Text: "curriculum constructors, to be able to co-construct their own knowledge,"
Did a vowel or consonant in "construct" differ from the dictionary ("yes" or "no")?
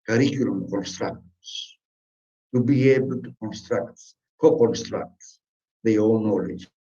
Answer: no